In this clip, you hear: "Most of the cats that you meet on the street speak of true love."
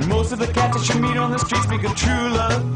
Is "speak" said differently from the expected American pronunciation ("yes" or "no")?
yes